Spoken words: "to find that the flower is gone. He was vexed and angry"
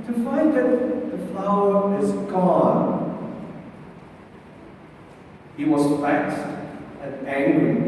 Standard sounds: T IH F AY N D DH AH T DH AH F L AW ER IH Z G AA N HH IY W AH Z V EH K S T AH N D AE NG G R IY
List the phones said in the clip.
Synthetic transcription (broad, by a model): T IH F AY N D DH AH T DH AH F L AW ER IH Z G AA N HH IY W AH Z F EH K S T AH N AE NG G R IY